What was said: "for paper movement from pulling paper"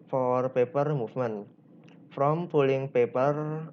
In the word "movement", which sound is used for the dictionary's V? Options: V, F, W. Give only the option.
F